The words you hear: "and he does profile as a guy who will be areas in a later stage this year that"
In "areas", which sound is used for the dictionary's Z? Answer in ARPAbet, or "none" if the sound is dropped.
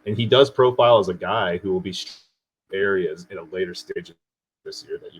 Z